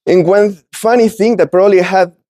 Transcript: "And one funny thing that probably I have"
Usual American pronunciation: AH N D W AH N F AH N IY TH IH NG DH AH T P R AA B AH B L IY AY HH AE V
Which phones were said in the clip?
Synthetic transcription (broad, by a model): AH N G W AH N F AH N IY TH IH NG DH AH T P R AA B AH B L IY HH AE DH